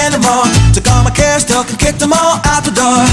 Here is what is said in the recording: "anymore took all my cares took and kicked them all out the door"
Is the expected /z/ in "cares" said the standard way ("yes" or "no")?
no